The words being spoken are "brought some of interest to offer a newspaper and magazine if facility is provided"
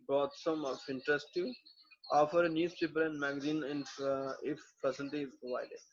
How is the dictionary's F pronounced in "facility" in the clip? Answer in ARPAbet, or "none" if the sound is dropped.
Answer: P